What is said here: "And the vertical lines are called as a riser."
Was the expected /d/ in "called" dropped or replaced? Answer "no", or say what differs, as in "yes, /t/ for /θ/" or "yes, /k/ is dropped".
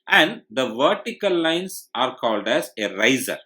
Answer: no